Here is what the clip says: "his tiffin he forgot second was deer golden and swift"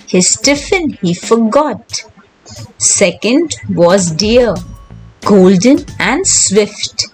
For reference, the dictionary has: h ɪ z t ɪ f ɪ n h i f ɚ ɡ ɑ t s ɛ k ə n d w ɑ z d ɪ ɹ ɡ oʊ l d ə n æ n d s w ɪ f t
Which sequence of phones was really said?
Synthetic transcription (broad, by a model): h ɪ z t ɪ f ɪ n h i f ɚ ɡ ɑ t s ɛ k ə n d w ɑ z d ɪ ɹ ɡ oʊ l d ə n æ n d s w ɪ f t